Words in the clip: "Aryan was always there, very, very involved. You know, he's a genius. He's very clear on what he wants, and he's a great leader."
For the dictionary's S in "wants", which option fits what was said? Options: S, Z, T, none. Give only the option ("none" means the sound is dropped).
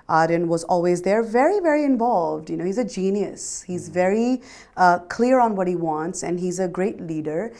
S